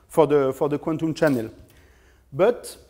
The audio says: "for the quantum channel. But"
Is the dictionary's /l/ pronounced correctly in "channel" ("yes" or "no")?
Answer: yes